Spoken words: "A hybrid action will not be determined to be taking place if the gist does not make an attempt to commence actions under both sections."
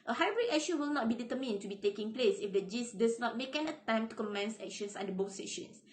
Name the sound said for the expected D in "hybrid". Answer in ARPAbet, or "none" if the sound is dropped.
none